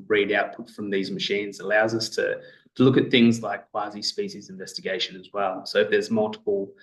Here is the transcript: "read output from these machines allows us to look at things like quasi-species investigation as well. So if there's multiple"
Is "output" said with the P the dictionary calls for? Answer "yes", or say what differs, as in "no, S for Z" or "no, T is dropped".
yes